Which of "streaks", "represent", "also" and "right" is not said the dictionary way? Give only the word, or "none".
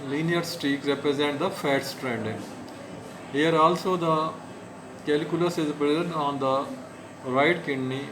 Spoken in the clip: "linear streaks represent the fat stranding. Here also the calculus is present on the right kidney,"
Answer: streaks